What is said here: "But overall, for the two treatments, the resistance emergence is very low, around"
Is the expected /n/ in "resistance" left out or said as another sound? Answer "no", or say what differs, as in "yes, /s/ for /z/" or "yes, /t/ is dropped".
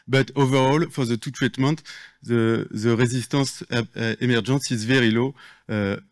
yes, /n/ is dropped